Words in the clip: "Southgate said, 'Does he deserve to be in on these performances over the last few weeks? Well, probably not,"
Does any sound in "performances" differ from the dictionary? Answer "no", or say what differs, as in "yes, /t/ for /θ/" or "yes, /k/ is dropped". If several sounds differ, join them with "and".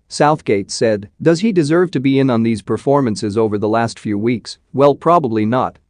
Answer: no